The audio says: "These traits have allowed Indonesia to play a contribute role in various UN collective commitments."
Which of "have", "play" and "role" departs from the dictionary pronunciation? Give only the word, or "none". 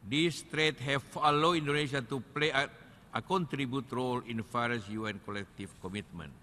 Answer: have